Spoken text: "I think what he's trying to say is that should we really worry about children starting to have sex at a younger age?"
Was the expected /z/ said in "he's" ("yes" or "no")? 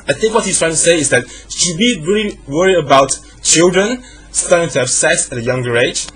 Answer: no